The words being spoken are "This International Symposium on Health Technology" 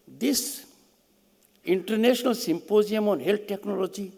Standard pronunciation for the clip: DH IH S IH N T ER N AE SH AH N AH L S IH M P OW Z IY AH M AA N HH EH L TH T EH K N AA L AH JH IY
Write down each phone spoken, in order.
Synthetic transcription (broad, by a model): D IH S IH N T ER N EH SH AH N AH L S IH M P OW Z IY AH M AA N HH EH L T T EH K N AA L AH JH IY